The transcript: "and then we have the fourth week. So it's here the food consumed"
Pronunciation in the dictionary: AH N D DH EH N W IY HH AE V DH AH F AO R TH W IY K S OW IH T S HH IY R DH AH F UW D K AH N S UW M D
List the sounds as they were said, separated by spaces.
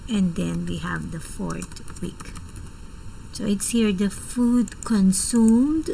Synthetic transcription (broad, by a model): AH N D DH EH N W IY HH AE V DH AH F AO R T W IY K S OW IH T S HH IY R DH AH F UW D K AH N S UW M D